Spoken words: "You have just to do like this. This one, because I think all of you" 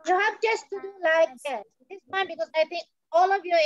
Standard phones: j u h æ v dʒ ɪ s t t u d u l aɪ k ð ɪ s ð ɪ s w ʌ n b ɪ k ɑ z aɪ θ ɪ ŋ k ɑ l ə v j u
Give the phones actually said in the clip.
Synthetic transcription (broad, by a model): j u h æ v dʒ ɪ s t t u d u l aɪ k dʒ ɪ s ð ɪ s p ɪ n b ɪ k ɑ z aɪ t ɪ ŋ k ɑ l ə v j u